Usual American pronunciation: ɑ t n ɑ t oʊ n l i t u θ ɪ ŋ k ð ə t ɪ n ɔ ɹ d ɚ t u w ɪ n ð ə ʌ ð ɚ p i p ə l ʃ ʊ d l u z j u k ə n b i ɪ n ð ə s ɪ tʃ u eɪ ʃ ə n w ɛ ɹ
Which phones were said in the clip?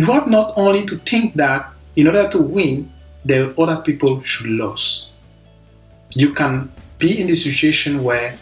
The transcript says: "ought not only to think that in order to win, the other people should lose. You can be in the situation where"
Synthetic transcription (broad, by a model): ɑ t n ɑ t oʊ n l i t u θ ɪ ŋ k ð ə t ɪ n ɔ ɹ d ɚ t u w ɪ n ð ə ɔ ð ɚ p i p ə l ʃ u d l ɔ s j u k ə n b i ɪ n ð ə s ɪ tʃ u eɪ ʃ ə n w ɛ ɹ